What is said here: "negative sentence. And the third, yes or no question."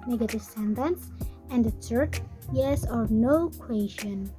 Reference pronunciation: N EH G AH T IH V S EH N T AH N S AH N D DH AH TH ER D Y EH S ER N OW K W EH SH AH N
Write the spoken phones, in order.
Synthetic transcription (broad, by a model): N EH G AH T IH S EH N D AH N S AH N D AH S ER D Y EH S ER N OW K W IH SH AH N